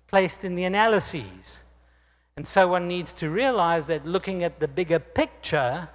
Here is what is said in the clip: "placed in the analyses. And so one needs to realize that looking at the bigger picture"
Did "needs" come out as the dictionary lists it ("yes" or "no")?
yes